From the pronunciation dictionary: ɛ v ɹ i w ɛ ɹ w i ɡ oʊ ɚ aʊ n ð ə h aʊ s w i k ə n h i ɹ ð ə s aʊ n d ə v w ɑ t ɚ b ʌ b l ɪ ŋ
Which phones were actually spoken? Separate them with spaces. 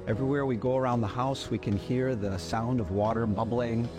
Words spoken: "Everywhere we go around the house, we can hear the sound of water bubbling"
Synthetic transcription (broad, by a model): ɛ v ɹ i w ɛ ɹ w i ɡ oʊ ɚ aʊ n ð ə h aʊ s w i k ə n h i ɹ ð ə s aʊ n d ə v w ɑ t ɚ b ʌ b l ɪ ŋ